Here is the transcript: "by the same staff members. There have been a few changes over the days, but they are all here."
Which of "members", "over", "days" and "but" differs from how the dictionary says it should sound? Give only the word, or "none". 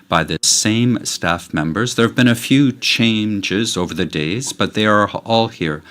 none